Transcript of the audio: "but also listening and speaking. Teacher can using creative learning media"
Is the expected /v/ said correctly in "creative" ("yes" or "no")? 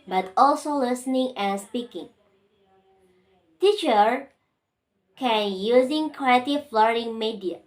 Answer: no